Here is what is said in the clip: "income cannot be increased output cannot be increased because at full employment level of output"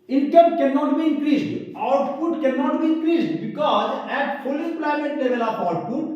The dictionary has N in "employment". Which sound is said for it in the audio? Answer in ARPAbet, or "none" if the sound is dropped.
none